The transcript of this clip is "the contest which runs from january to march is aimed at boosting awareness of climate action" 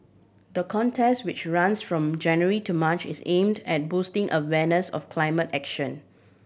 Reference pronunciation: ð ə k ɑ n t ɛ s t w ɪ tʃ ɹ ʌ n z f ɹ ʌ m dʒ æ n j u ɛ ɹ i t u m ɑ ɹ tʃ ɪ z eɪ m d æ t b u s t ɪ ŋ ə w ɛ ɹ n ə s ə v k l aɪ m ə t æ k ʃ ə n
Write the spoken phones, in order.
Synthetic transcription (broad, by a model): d ə k ɑ n t ɛ s t w ɪ tʃ ɹ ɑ n s f ɹ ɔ m dʒ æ n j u ɹ i t u m ɑ tʃ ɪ s eɪ m d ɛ t b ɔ s t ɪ ŋ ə w ɛ n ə s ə f k l aɪ m ə t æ k ʃ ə n